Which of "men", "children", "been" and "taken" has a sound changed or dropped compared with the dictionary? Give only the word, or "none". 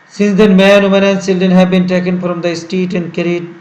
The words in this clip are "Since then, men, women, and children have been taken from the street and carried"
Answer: children